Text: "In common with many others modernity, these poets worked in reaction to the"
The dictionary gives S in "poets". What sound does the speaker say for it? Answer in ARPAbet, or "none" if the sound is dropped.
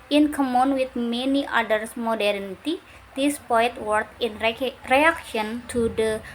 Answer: none